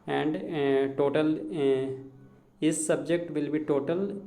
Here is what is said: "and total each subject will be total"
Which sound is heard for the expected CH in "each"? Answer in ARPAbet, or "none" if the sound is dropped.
S